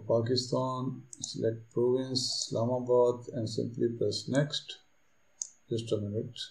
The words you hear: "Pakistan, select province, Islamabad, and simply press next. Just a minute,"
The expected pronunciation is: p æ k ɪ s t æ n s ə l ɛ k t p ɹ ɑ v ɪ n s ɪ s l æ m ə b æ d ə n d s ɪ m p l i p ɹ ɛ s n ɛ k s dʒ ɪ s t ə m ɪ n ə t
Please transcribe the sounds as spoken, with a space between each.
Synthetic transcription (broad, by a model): p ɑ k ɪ s t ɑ n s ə l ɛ k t p ɹ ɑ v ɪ n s s l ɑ m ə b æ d ə n d s ɪ m p l i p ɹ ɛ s n ɛ k s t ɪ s t ə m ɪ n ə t